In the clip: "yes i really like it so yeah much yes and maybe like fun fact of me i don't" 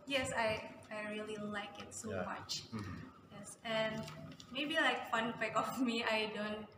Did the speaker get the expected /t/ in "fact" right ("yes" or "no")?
no